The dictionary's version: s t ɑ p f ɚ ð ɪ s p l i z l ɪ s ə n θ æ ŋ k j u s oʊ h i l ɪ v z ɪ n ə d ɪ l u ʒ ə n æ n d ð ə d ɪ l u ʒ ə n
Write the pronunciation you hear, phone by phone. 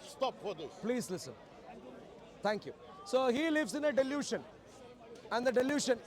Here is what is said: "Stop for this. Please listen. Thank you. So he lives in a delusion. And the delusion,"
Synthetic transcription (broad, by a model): s t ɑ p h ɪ p l i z l ɪ s ə n t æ ŋ k j u s oʊ h i l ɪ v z ɪ n ə d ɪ l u ʃ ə n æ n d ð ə d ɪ l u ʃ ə n